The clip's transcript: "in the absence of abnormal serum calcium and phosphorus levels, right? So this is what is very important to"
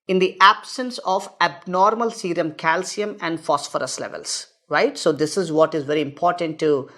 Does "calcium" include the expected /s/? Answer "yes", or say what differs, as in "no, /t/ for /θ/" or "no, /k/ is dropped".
yes